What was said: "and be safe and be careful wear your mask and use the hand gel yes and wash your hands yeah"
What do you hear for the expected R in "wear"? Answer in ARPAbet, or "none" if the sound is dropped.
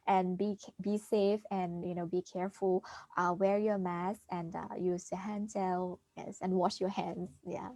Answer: R